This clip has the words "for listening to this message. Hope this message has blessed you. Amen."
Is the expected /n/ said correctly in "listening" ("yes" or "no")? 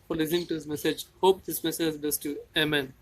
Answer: no